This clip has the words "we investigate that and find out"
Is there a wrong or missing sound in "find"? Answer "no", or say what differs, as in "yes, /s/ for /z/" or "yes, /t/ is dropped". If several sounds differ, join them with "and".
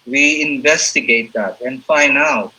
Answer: yes, /d/ is dropped